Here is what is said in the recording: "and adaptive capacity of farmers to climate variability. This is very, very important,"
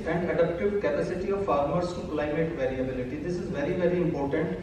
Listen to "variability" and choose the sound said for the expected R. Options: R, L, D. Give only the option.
R